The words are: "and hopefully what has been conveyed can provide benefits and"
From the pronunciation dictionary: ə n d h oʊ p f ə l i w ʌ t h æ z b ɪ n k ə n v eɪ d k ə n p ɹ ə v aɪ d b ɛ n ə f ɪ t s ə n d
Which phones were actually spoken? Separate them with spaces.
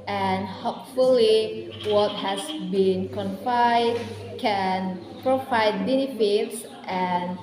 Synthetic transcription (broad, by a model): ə n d h oʊ p f ə l i w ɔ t h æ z b ɪ n k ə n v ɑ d k ə n p ɹ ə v aɪ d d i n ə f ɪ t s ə n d